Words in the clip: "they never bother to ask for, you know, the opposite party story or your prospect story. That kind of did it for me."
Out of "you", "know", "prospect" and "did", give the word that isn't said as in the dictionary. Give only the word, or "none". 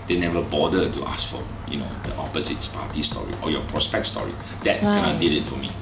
none